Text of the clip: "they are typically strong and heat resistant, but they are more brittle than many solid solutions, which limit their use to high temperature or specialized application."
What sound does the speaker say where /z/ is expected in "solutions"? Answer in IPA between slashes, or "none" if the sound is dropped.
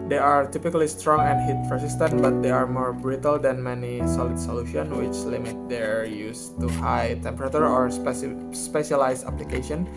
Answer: none